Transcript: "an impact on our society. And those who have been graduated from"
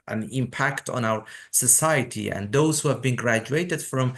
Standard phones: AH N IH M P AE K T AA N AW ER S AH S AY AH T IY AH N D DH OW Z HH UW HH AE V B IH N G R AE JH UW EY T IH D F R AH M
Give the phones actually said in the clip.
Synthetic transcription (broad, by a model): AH N IH M P AE K T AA N AW ER S AH S AY AH T IY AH N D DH OW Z HH UW HH AE V B IH N G R AE JH UW EY T IH D F R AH M